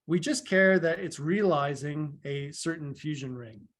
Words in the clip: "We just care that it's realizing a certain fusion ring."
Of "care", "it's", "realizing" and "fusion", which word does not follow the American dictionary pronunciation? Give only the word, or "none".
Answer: none